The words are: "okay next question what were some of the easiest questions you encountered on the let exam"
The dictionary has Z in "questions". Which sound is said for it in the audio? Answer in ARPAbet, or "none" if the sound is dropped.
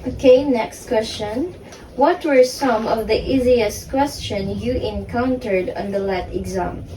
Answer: none